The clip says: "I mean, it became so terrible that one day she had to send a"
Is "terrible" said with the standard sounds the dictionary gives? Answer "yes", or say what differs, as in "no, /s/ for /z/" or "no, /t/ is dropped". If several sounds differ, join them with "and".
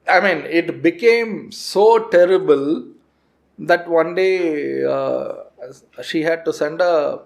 yes